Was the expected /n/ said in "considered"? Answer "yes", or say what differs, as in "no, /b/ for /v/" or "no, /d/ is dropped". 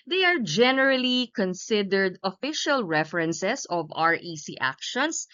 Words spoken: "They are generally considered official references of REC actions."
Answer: yes